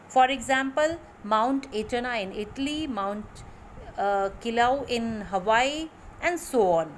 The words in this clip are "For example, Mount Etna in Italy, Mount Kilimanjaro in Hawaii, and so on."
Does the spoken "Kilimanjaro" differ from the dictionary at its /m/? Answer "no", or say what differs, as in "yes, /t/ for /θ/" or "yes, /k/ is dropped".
yes, /m/ is dropped